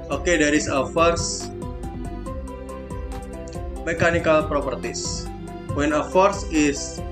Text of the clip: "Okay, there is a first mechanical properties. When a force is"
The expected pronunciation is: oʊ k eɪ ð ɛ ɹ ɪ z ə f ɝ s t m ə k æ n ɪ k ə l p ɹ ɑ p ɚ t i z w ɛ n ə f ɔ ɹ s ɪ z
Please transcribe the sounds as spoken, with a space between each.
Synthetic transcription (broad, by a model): oʊ k eɪ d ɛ ɹ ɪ s ə f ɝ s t m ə k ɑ n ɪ k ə l p ɹ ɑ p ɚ t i s w ɛ n ə f ɔ ɹ s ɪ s